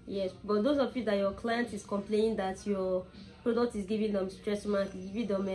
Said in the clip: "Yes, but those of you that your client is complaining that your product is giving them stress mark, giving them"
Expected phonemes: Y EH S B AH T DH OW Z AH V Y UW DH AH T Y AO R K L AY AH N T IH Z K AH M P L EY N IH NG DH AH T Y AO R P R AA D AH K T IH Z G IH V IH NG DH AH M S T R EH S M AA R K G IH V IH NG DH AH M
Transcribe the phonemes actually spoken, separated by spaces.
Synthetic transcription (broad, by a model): Y EH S B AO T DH OW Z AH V Y UW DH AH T Y AO K L AY AH N T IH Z K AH M P L EY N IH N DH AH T Y AO P R AA D AH K T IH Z G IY V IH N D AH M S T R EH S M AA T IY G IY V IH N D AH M